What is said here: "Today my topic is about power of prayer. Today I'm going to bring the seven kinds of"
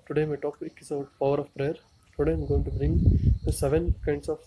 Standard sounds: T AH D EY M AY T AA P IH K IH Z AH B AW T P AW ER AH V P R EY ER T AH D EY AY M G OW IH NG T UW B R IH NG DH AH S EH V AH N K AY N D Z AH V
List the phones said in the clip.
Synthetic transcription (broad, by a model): T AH D EY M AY T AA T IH IH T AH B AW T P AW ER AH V P R EY ER T AH D EY AY M G OW IH NG T UW B R IH NG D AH S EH V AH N K AY N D S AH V